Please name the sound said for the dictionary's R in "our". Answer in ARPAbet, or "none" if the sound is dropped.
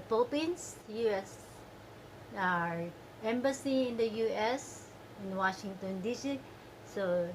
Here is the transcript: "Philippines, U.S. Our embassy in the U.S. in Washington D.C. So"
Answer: R